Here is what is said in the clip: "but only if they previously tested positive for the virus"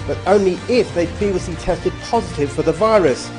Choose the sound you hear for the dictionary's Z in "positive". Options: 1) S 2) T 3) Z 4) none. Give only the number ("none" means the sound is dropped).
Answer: 3